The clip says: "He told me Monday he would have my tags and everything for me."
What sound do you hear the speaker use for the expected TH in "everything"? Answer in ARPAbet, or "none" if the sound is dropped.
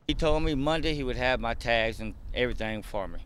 TH